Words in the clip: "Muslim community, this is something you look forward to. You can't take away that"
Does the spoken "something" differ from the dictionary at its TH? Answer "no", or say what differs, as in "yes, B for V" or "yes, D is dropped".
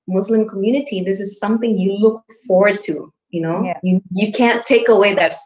no